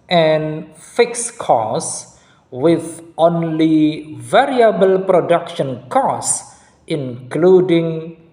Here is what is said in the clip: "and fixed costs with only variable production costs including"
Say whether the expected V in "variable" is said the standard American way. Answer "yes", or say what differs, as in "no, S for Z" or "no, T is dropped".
yes